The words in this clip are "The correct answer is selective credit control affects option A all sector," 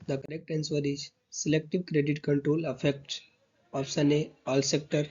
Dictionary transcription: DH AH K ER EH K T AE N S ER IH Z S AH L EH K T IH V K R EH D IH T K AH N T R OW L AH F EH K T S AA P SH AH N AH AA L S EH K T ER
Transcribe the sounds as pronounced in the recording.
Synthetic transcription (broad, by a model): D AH K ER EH K T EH N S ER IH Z S AH L EH K T IH V K R EH D IH T K AH N T R OW L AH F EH K T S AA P S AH N AH AA L S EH K T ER